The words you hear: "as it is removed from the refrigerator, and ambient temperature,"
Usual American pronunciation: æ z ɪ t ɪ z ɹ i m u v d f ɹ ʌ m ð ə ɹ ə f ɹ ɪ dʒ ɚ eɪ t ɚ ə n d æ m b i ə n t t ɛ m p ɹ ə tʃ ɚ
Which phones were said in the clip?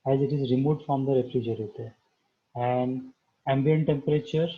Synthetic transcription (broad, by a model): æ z ɪ t ɪ z ɹ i m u d f ɹ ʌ m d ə ɹ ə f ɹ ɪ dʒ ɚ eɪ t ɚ ə n d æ m b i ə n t t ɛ m p ɹ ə tʃ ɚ